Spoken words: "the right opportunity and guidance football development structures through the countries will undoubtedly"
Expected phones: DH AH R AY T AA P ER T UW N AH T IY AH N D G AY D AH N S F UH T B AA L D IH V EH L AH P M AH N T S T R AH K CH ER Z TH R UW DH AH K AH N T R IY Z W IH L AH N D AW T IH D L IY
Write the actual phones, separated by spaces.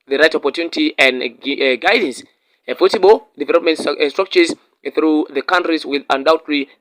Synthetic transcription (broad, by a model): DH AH R AY T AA P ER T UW N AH T IY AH N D G AY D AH N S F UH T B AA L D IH V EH L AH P M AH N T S T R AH K CH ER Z TH R UW DH AH K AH N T R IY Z W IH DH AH N D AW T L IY